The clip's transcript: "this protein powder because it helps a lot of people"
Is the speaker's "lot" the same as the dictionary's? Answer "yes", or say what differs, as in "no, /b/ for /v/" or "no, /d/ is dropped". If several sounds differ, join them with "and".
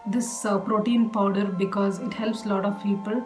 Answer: yes